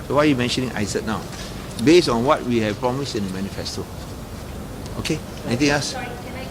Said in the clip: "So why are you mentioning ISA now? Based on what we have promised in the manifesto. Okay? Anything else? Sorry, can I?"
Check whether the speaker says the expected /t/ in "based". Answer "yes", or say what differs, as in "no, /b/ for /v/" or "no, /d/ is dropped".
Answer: no, /t/ is dropped